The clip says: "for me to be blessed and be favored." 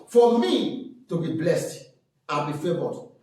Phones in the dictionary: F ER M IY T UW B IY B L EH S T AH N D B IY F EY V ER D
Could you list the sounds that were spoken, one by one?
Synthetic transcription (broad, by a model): F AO M IY T UW B IY B L EH S T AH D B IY F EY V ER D